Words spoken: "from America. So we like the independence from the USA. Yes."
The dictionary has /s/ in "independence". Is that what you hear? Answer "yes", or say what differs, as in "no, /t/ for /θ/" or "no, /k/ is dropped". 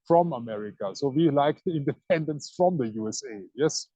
yes